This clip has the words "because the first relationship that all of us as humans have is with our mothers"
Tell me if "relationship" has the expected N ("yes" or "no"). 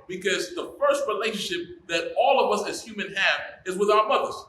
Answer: yes